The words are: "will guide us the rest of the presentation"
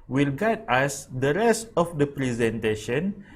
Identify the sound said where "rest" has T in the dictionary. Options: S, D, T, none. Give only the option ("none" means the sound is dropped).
T